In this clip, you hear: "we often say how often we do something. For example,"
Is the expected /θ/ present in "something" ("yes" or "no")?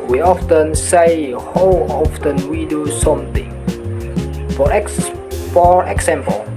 no